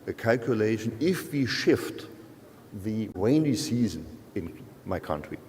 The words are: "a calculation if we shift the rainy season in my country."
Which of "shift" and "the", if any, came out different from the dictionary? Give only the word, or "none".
none